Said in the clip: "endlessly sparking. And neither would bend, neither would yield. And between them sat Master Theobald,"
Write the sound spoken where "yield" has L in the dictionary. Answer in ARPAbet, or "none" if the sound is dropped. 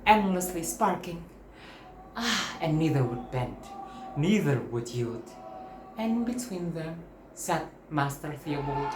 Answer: none